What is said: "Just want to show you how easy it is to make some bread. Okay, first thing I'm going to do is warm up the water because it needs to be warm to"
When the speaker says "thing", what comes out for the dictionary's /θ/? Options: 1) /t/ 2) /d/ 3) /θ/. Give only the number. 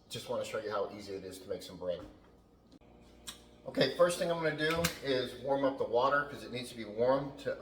3